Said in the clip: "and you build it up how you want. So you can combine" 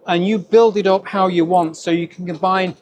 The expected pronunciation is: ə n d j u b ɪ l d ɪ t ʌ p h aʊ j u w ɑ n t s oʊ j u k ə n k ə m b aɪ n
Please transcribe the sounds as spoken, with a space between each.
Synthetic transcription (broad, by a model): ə n j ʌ b ɪ l d ɪ t ʌ p h aʊ j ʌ w ɑ n t s oʊ j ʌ k ə n k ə m b aɪ n